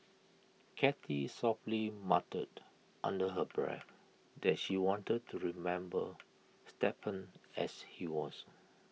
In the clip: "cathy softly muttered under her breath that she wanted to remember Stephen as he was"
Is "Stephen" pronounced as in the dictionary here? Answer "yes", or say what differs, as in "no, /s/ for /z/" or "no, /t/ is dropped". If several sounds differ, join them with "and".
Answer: no, /p/ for /v/